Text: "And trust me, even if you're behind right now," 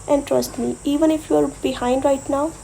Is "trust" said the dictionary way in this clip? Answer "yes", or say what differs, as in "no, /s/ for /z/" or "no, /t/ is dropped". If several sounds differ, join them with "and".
yes